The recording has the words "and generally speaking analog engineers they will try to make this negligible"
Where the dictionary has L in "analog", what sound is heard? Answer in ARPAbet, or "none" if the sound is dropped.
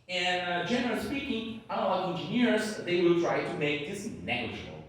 none